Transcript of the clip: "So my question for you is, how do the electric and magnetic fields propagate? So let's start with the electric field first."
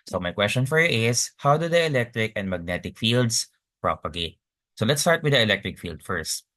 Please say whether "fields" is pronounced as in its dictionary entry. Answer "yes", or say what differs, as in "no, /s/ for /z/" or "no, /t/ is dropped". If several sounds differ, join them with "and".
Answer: no, /s/ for /z/